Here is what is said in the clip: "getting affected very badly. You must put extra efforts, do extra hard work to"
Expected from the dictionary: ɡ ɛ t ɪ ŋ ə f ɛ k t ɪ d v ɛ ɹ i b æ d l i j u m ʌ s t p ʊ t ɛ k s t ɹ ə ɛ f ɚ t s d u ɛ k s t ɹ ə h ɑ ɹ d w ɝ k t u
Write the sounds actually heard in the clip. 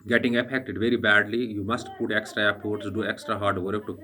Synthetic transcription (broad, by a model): ɡ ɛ t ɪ ŋ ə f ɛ k t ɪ d v ɛ ɹ i b æ d l i j u m ʌ s t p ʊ t ɛ k s t ɹ ə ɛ p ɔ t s d u ɛ k s t ɹ ə h ɑ ɹ d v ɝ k t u